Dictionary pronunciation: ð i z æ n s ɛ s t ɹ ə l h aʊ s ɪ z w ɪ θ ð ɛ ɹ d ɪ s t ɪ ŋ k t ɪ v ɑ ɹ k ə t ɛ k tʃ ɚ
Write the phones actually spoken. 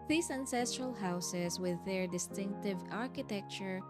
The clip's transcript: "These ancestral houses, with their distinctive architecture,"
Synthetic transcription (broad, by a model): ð i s æ n s ɛ s t ɹ ə l h aʊ s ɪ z w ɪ ð ɛ ɹ d ɪ s t ɪ ŋ k t ɪ v ɑ ɹ k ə t ɛ k tʃ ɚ